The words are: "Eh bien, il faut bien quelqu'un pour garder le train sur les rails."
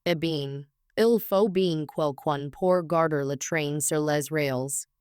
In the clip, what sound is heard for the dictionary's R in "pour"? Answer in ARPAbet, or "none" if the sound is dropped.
R